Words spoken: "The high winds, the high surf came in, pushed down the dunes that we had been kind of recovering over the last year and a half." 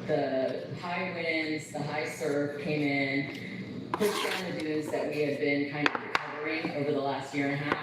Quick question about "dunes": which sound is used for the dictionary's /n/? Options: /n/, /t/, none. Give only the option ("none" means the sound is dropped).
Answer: none